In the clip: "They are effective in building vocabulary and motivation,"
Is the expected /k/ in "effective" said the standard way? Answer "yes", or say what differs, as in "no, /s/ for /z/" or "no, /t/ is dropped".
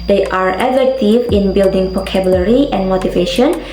no, /k/ is dropped